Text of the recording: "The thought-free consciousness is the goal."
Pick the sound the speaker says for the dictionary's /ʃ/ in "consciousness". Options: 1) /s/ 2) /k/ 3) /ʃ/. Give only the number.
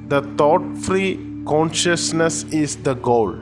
3